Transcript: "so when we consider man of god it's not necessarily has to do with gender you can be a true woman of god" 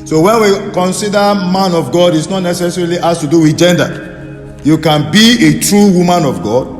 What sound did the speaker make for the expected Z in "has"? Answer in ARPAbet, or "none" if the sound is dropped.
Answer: S